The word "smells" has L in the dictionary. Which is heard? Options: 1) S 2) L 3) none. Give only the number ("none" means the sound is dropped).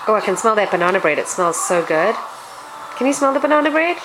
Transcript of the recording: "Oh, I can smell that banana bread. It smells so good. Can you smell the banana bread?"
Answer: 2